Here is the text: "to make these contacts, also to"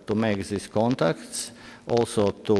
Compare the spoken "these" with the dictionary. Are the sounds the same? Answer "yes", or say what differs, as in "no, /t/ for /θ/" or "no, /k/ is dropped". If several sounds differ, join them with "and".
no, /s/ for /z/